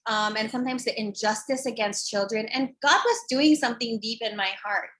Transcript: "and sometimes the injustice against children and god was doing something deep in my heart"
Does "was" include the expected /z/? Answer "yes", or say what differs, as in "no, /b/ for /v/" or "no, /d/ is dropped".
yes